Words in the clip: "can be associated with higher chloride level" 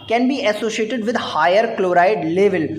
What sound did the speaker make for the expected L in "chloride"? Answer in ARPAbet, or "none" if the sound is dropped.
L